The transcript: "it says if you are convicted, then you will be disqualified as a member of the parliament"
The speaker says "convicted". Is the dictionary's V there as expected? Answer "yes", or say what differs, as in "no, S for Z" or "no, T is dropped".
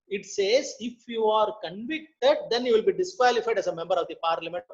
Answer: yes